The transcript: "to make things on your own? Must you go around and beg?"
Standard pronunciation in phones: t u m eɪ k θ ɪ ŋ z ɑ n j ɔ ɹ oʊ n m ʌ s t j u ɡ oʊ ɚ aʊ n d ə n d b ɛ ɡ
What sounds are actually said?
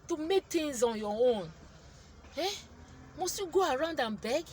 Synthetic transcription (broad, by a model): t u m eɪ k t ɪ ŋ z ɑ n j ɔ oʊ n m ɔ s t j u ɡ oʊ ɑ aʊ n d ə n b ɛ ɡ